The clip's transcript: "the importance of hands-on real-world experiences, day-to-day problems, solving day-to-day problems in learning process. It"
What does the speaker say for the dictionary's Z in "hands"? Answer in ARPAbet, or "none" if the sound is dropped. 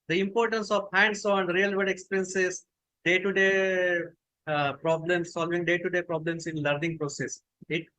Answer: S